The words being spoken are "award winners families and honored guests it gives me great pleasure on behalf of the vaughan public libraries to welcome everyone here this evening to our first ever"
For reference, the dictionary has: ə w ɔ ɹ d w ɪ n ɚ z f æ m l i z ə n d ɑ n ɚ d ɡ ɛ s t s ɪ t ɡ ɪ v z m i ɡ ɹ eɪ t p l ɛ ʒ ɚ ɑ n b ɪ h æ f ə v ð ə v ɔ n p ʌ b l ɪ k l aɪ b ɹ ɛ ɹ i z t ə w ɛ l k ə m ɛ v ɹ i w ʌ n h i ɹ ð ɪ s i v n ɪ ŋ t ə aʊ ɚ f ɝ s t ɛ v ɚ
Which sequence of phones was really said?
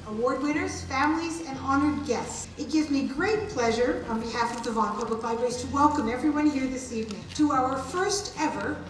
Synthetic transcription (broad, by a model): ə w ɔ ɹ d w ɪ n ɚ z f æ m l i z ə n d ɑ n ɚ d ɡ ɛ s t s ɪ t ɡ ɪ v z m i ɡ ɹ eɪ t p l ɛ ʒ ɚ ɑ n b ɪ h æ f ə v ð ə v ɔ n p ʌ b l ɪ k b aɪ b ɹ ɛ i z t ə w ɛ l k ə m ɛ v ɹ i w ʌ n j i ɹ ð ɪ s i v n ɪ ŋ t ə aʊ ɚ f ɝ s t ɛ v ɚ